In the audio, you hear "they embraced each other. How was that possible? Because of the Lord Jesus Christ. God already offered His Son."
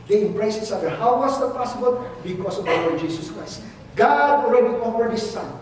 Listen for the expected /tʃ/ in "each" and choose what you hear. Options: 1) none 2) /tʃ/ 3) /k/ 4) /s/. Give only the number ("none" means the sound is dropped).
4